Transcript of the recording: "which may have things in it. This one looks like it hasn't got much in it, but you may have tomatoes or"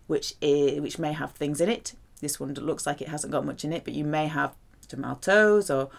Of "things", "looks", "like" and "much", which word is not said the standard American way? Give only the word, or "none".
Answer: none